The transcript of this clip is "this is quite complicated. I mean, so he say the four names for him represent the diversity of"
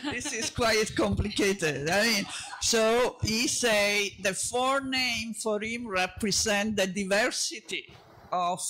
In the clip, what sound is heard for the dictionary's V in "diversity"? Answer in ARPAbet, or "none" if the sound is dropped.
V